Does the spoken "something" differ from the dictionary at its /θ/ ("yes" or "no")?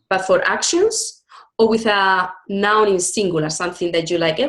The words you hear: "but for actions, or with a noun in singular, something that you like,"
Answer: no